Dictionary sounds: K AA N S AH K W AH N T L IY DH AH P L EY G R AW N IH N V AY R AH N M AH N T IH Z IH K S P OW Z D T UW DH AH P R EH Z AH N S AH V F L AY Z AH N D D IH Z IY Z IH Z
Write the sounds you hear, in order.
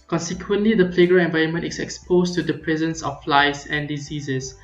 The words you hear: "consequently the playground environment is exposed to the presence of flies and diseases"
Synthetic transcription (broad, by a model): K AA N S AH K W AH N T L IY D AH P L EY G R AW IH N V AY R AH N M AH N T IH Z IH K S P OW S T UW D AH P R EH Z AH N S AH F F L AY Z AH N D D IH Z IY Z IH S